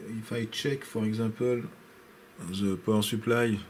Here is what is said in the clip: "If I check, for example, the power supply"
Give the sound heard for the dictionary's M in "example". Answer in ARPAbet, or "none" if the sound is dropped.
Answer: none